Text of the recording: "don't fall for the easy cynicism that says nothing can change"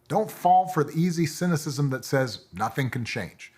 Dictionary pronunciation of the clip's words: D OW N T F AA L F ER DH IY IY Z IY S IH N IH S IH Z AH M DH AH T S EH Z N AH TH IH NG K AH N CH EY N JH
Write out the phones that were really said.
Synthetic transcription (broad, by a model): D OW N T F AA L F ER DH IY IY Z IY S IH N IH S IH Z AH M DH AH T S EH Z N AH TH IH NG K N CH EY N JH